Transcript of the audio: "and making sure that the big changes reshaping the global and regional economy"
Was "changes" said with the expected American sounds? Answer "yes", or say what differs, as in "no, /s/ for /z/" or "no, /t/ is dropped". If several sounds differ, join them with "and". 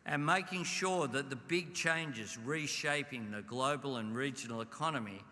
yes